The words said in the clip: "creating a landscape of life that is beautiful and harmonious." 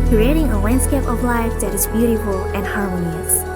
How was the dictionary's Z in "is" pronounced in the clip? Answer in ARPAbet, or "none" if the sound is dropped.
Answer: Z